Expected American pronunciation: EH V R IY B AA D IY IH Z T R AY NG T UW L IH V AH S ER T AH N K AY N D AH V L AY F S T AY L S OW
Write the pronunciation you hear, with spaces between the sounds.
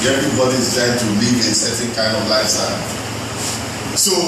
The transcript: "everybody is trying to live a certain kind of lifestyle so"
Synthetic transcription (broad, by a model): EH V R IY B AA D IY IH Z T AY T UW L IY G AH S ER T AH K AY N D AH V L AY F S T AY N S OW